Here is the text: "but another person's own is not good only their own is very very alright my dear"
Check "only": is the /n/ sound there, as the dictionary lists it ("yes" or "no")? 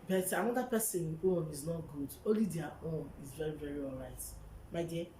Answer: no